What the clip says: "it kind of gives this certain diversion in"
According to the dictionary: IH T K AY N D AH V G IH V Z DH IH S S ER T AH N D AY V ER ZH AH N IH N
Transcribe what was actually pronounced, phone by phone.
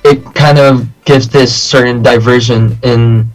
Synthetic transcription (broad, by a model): IH T K AY N D AH V G IH V Z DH IH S S ER T N D AY V ER ZH AH N IH N